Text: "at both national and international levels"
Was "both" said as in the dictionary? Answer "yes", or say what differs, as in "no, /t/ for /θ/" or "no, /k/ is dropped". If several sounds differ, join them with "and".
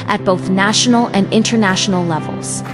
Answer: yes